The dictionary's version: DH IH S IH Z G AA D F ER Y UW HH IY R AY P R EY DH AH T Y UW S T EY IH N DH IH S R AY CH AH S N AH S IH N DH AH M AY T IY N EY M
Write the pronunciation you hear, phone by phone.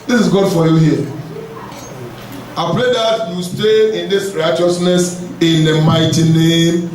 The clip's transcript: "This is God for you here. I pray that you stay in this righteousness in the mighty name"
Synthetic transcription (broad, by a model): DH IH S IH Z G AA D F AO Y UW HH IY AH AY P L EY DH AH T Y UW S T EY IH N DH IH S R AY CH AH S N AH S IH N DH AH M AY T IY N EY M